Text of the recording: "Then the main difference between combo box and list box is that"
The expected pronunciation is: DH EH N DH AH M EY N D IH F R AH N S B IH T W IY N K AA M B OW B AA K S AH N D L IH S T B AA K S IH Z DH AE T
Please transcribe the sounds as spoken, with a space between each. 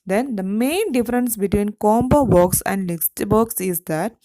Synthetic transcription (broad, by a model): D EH N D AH M EY N D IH F R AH N S B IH T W IY N K AA M B OW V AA K S AH N D L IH S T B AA K S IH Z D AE T